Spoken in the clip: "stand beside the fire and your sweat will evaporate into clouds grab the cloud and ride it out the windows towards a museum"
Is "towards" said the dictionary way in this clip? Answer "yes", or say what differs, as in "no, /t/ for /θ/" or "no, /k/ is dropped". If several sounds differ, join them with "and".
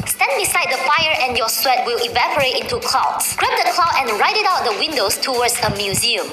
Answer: no, /w/ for /ɹ/